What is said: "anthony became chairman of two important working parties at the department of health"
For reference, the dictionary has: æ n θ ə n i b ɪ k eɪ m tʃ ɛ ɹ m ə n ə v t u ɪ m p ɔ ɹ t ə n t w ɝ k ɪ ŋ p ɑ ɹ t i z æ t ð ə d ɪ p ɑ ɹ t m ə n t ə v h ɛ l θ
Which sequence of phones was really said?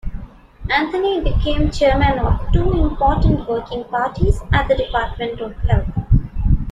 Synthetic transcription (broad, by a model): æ n t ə n i b ɪ k eɪ m tʃ ɛ ɹ m ə n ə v t u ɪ m p ɔ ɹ t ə n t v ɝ k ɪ ŋ p ɑ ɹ t i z æ t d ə d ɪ p ɑ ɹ t m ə n t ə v h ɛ l t